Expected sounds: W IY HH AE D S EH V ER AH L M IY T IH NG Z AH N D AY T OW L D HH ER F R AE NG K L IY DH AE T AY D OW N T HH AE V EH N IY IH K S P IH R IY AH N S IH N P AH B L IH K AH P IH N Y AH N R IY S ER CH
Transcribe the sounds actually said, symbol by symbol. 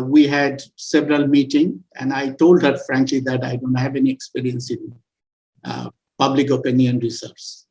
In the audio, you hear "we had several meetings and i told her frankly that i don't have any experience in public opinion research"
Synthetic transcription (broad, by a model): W IY HH AE D S EH V ER AH L M IY T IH NG AH N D AY T OW L D HH ER F R AE NG K L IY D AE T AY D OW N T HH AE V EH N IY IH K S P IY R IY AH N S IH N P AH B L IH K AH P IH N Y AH N R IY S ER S